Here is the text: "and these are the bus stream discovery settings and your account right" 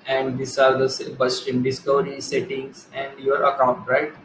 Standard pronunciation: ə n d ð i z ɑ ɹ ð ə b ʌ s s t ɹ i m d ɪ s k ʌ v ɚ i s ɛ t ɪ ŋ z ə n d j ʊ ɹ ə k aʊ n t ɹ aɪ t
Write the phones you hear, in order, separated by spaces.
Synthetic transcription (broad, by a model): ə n d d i s ɑ ɹ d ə b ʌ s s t i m d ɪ s k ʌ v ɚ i s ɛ t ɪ ŋ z ə n d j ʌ ɹ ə k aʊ n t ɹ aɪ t